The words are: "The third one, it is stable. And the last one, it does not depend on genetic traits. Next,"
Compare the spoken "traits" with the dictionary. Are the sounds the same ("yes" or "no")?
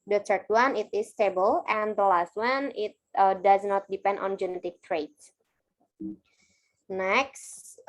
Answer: no